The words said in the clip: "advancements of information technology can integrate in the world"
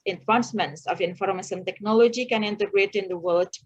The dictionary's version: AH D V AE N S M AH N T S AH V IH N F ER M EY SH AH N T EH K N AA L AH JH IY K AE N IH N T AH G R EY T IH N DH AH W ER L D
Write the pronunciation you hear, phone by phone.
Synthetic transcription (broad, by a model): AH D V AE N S M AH N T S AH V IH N F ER M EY S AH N T EH K N AA L AH JH IY K AE N IH N T AH G R EY T IH N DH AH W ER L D